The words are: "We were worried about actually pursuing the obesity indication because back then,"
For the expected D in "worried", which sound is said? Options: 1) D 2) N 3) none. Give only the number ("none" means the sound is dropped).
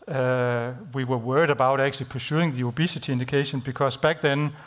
1